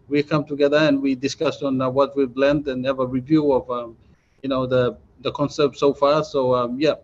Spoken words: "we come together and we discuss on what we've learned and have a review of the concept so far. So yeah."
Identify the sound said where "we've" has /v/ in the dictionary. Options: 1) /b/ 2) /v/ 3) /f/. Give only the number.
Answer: 1